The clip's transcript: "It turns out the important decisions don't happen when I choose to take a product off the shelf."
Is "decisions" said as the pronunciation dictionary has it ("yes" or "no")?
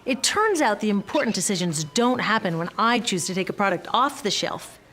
yes